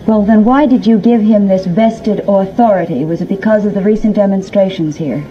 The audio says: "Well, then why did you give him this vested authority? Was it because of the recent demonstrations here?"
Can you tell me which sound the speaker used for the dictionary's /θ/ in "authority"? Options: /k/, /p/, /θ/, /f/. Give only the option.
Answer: /θ/